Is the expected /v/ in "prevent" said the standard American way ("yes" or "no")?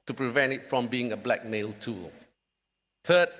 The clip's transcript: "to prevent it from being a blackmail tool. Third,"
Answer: yes